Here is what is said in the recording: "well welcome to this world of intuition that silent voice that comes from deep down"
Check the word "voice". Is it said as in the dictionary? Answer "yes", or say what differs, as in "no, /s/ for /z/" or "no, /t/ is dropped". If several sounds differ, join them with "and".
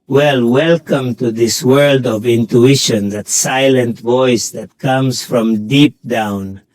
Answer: yes